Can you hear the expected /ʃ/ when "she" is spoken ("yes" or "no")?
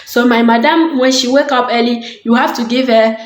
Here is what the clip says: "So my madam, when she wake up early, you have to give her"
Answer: yes